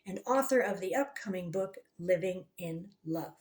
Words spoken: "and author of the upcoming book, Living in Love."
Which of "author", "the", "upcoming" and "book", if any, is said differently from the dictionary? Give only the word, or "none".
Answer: none